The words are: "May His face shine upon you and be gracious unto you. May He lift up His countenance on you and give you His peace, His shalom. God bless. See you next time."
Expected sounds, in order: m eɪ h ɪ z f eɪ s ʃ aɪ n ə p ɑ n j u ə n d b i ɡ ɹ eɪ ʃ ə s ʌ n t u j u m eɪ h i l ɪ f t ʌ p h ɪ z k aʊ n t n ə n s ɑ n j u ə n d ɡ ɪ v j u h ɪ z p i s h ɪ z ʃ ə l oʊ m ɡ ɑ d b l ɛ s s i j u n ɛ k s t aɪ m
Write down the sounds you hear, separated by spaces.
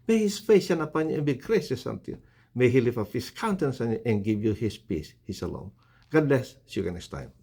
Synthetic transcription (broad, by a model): m eɪ h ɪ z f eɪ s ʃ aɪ n ə p ɑ n j u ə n b i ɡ ɹ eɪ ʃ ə s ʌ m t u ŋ m eɪ h i l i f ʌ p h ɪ s k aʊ n t ə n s ɑ n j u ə n ɡ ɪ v j u h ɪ s p i s h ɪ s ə l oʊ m ɡ ɑ d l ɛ s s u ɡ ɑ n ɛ s t aɪ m